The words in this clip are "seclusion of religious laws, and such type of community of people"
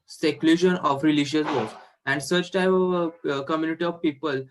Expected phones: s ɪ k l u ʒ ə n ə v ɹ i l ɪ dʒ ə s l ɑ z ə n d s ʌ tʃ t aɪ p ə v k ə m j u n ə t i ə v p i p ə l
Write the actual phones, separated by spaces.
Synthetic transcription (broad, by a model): s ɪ k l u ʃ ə n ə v ɹ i l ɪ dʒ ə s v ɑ s ə n d s ʌ tʃ t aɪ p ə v k ə m j u n ə t i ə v p i p ə l